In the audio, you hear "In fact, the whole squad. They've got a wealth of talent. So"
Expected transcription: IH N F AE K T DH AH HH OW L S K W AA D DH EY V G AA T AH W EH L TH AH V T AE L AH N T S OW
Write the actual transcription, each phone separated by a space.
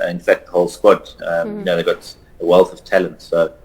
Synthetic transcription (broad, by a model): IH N F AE K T DH AH HH OW L S K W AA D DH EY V G AA T AH W EH L TH AH V T AE L AH N T S OW